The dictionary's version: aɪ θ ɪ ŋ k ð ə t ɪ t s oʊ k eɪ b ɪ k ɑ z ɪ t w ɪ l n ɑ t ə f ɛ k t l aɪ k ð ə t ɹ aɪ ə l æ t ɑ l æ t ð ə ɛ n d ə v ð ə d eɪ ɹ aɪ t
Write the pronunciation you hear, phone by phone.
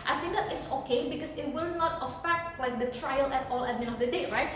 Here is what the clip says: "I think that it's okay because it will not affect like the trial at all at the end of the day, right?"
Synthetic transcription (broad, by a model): aɪ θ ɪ ŋ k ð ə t ɪ t s oʊ k eɪ b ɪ k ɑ s ɪ t w ɪ l n ɑ t ə f ɛ k t l aɪ k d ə t ɹ aɪ ə l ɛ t ɑ l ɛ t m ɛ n ə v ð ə d eɪ ɹ aɪ t